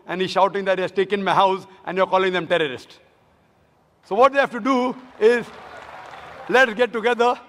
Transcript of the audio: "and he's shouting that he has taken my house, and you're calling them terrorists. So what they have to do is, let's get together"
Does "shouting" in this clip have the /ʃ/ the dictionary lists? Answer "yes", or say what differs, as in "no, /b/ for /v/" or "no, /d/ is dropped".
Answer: yes